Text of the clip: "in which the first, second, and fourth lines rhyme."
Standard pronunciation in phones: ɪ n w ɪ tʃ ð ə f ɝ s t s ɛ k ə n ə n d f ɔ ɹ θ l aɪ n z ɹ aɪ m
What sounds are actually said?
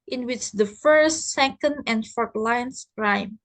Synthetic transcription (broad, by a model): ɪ n w ɪ tʃ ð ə f ɝ s t s ɛ k ə n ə n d f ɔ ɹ t l aɪ n s ɹ aɪ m